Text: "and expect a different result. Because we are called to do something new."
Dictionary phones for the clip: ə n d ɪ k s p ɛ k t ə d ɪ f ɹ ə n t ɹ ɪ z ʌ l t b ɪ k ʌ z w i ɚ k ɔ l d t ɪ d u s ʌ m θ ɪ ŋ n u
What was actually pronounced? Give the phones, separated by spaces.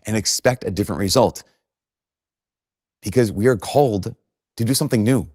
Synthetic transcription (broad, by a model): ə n ɪ k s p ɛ k t ə d ɪ f ɹ ə n t ɹ ɪ z ʌ l t b ɪ k ʌ z w i ɚ k ɔ l d t ɪ d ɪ s ʌ m θ ɪ ŋ n u